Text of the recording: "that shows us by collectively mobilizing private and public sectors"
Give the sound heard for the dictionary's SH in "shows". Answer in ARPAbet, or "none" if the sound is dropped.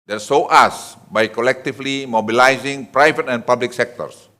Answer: S